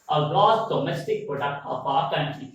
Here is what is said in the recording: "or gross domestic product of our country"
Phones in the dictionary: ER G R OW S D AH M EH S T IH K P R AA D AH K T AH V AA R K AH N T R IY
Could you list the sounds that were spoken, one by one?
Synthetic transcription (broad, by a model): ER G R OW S D AH M EH S T IH K P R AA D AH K T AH P AA R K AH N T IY